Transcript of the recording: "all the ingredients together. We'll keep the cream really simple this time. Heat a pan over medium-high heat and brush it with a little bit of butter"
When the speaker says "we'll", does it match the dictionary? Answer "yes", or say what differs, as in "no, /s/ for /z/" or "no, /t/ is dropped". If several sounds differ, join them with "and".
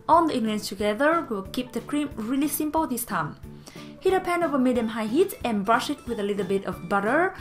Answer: no, /w/ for /l/